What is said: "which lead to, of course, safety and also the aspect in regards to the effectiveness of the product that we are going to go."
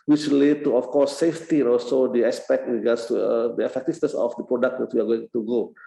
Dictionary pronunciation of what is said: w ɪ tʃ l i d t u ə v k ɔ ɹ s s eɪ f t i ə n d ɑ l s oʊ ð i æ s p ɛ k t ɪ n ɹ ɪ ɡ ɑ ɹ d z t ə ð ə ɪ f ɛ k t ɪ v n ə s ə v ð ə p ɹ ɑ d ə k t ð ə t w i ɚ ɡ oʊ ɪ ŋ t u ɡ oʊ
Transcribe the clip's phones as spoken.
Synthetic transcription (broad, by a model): w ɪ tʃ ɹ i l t u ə f k ɔ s s eɪ f t i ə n ɑ l s oʊ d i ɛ s p ɛ k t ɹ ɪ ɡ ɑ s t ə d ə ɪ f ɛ k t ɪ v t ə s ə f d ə p ɹ ɑ d ə k t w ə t w i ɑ ɡ oʊ ɪ ŋ t u ɡ oʊ